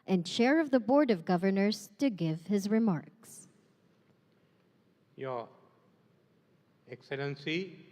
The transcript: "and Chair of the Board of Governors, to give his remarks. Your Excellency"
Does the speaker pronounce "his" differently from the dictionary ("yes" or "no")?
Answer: no